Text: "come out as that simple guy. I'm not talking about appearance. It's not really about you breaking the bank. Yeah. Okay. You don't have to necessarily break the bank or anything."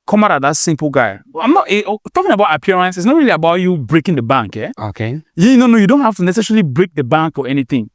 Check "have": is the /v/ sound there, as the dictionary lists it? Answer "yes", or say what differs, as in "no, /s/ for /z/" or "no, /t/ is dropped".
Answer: no, /f/ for /v/